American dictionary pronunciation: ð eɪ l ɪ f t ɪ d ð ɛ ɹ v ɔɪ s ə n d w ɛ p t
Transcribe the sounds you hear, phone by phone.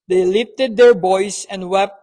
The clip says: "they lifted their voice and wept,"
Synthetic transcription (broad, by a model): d eɪ l ɪ f t ɪ d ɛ ɹ b ɔɪ s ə n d w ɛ p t